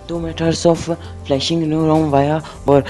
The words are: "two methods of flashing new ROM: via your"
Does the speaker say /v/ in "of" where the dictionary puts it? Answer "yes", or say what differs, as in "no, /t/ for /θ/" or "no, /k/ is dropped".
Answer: no, /f/ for /v/